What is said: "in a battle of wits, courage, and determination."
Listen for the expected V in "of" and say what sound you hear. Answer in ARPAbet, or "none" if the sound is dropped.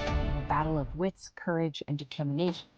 V